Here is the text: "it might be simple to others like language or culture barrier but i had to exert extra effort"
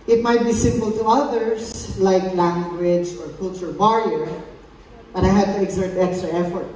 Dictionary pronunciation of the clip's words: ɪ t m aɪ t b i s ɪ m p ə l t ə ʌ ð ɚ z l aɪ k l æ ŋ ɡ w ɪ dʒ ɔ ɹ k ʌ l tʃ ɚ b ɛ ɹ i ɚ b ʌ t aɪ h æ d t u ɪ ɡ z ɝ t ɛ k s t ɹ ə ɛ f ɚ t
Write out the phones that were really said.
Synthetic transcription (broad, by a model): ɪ t m aɪ t b i s ɪ m p ə l t ə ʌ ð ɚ s l aɪ k l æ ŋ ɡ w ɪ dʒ ɔ ɹ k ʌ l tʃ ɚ b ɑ ɹ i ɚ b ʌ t aɪ h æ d t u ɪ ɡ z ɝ t ɛ k s t ɹ ə ɛ f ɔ t